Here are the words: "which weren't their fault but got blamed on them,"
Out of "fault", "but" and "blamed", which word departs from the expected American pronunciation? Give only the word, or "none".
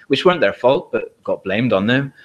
none